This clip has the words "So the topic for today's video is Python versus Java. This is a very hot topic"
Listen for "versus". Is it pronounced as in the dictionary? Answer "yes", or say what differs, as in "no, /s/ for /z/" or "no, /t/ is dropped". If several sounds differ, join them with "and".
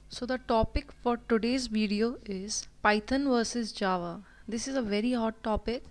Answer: yes